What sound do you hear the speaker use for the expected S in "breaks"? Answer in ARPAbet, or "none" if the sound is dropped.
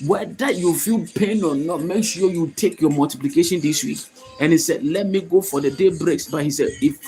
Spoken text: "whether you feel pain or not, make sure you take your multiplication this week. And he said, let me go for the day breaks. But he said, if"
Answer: S